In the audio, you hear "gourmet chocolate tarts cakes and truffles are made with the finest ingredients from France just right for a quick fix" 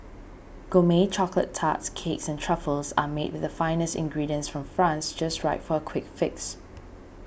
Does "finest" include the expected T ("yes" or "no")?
yes